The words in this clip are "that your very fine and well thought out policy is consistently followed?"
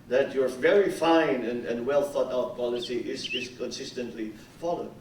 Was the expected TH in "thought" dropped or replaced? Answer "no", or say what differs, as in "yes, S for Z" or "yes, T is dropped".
no